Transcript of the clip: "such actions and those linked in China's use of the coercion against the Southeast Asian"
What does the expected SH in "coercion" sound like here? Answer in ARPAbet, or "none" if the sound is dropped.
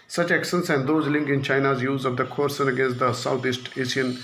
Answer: S